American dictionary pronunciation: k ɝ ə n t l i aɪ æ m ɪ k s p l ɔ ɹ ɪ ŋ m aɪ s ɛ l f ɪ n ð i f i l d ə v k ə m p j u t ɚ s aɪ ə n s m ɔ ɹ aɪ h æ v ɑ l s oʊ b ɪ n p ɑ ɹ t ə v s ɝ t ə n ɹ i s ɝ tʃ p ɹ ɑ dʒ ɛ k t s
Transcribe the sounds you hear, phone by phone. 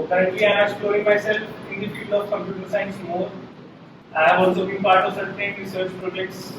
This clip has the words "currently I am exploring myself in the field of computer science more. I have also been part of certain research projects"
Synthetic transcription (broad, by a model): k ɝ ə n t l i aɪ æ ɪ s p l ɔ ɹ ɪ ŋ m aɪ s ɛ l f ɪ n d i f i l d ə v k ə m p j u t ɚ s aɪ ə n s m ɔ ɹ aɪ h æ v ɑ l s oʊ b ɪ n p ɑ ɹ t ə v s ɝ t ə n ɹ i s ɝ tʃ p ɹ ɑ dʒ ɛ k t s